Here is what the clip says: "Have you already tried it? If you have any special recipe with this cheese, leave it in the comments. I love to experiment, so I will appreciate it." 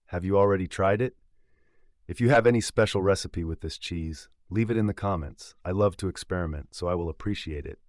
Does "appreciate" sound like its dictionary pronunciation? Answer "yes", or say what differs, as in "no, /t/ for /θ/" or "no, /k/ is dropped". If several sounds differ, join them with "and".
yes